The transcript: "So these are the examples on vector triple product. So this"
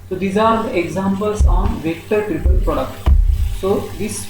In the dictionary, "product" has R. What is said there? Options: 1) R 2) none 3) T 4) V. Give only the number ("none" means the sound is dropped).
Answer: 2